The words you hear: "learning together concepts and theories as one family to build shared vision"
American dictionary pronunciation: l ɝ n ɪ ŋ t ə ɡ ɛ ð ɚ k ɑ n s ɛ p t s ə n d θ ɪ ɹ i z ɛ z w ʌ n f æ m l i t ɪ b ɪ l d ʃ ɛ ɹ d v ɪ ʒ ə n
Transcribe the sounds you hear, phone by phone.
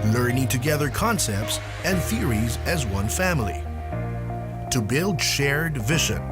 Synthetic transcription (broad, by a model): l ɝ n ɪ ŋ t ə ɡ ɛ ð ɚ k ɑ n s ɛ p t s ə n θ ɪ ɹ i z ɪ z w ʌ n f æ m l i t ɪ b ɪ l d ʃ ɛ ɹ d v ɪ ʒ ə n